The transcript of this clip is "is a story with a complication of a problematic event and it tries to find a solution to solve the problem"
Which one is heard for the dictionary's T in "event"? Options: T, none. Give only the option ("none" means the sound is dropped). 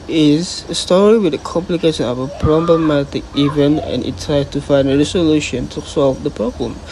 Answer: none